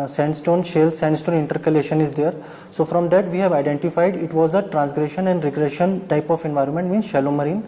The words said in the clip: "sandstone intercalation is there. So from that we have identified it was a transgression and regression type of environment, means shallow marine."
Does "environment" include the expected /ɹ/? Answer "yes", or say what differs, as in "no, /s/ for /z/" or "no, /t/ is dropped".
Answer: yes